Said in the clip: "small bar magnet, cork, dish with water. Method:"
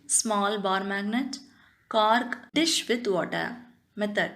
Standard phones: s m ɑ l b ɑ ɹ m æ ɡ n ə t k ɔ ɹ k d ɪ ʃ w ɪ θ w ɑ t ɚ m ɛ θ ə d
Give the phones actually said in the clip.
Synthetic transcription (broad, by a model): s m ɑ l b ɑ ɹ m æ ɡ n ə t k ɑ ɹ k d ɪ ʃ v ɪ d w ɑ t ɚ m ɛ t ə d